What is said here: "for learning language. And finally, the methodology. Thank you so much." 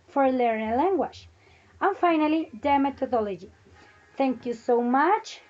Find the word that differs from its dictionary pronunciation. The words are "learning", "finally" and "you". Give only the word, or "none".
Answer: learning